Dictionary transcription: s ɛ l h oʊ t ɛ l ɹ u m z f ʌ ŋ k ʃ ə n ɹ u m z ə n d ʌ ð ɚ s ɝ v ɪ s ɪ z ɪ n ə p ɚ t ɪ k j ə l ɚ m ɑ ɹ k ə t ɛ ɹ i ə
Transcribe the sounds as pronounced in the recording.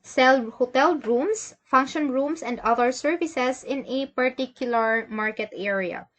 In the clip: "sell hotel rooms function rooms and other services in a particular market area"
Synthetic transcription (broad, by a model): s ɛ l h oʊ t ɛ l ɹ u m s f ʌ ŋ k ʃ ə n ɹ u m s ə n d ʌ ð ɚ s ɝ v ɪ s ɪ s ɪ n ə p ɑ t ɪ k j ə l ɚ m ɑ ɹ k ə t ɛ ɹ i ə